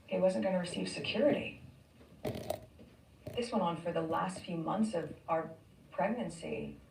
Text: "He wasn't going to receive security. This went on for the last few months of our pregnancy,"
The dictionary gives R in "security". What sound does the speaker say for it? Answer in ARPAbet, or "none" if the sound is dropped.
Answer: R